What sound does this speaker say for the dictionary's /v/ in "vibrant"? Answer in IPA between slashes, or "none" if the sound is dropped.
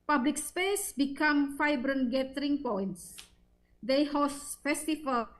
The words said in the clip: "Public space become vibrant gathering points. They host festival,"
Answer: /f/